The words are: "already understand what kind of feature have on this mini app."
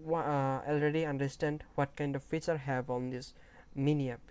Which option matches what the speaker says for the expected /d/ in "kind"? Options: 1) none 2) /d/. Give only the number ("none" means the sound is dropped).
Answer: 2